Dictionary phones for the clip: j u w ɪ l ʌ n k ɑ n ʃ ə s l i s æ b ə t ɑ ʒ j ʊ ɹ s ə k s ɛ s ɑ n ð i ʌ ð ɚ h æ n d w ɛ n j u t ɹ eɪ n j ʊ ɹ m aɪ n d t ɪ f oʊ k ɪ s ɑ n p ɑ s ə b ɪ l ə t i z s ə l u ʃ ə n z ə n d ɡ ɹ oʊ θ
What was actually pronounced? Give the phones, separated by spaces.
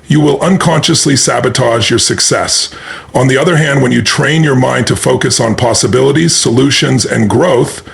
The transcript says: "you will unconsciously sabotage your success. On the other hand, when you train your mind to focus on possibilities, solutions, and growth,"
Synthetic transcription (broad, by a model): j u w ɪ l ʌ n k ɑ n ʃ ə s l i s æ b ə t ɑ ʒ j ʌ ɹ s ə k s ɛ s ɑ n ð i ʌ ð ɚ h æ n d w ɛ n j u t ɹ eɪ n j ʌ ɹ m aɪ n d t ɪ f oʊ k ɪ s n p ɑ s ə b ɪ l ə t i z s ə l u ʃ ə n z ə n ɡ ɹ oʊ θ